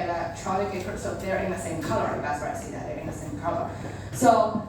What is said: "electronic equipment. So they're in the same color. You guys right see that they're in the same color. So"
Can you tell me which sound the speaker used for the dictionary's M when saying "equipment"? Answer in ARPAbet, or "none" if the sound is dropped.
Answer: none